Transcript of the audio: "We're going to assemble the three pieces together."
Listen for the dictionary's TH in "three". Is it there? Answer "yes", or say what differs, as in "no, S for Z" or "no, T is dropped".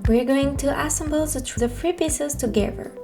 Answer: no, F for TH